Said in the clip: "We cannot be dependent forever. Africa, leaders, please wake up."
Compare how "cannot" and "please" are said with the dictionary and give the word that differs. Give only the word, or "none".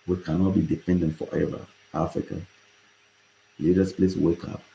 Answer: please